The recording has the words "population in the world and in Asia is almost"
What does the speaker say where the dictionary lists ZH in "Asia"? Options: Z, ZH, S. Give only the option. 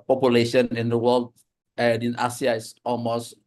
S